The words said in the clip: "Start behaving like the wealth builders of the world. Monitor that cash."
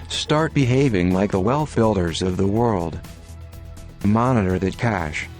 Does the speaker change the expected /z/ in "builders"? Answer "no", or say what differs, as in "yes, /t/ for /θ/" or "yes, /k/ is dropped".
no